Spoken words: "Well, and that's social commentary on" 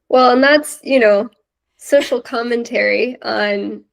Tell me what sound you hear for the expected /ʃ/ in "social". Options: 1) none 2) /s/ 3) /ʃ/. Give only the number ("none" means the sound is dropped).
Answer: 2